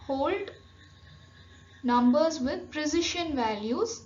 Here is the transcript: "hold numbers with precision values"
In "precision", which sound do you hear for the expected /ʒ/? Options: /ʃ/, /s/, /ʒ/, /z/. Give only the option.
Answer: /ʃ/